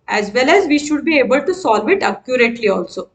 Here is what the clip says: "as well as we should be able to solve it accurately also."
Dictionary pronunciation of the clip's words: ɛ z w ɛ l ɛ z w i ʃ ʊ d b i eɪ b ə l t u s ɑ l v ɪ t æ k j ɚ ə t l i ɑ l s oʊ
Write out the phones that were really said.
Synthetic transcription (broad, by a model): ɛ z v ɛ l ɛ z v i ʃ ʊ d b i eɪ b ə l t u s ɑ l v ɪ t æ k j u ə t l i ɑ l s oʊ